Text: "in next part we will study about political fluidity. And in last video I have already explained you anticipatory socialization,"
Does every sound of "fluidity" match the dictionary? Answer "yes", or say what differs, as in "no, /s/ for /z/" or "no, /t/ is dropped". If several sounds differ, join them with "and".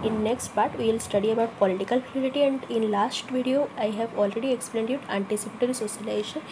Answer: no, /l/ is dropped